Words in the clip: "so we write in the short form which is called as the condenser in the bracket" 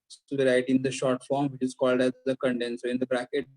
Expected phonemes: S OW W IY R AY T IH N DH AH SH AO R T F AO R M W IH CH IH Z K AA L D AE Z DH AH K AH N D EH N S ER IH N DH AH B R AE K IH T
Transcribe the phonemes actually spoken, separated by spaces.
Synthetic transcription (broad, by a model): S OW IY R AY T IH N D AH SH AO R T F AO R M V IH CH IH Z K AA L D AE Z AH K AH N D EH N S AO IH N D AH B R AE K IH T